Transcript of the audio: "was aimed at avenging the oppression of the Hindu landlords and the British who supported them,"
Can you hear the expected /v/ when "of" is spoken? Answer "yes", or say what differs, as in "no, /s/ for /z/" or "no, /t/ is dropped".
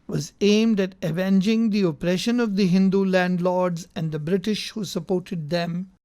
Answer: yes